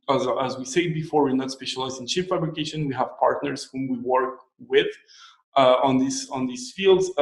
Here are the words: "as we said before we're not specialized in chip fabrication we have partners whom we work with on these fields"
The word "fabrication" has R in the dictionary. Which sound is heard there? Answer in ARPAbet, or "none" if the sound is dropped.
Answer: R